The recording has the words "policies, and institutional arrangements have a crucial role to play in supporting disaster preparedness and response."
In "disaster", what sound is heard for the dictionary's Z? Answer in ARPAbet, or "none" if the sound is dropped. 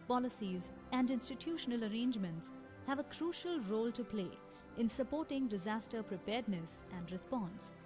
Z